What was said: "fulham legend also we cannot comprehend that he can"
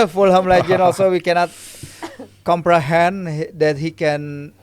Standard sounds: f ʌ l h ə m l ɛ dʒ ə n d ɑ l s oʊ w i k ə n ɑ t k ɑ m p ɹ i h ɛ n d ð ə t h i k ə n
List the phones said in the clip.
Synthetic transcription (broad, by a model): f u l h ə m l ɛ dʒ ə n ɑ l s oʊ w i k ə n ɑ t k ɑ m p ɹ i h ɛ n d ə t h i k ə n